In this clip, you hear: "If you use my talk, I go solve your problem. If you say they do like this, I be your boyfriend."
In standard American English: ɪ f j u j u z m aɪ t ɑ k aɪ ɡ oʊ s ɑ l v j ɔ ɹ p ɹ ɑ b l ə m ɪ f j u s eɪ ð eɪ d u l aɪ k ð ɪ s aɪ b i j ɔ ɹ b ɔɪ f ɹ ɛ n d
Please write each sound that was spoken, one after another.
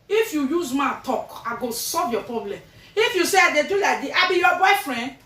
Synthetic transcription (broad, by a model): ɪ f j u j u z m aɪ t ɑ k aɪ ɡ oʊ s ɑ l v j ɔ p ɹ ɑ b l ə m ɪ f j u s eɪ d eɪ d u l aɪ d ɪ aɪ b i j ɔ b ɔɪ f ɹ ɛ n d